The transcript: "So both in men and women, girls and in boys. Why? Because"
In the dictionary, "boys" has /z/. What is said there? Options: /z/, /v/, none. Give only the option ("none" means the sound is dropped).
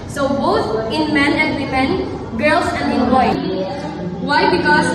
none